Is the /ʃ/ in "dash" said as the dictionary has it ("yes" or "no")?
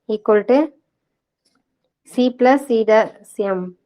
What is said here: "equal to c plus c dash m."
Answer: no